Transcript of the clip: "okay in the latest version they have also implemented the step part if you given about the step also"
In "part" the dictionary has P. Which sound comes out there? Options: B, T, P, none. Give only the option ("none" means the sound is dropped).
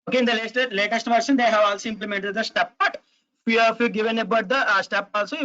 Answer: B